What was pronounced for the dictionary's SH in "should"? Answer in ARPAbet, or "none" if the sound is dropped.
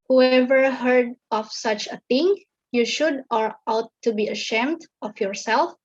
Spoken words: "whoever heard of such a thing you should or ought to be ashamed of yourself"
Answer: SH